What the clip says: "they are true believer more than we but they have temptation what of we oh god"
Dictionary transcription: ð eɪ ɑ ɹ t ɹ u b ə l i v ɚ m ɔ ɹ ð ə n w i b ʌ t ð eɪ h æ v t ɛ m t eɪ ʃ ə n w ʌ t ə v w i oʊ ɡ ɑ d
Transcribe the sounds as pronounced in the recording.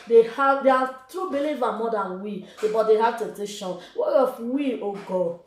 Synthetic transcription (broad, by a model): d eɪ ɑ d t ɹ u b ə l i v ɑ m ɔ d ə n w i b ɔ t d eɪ h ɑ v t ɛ t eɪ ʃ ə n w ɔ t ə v w i oʊ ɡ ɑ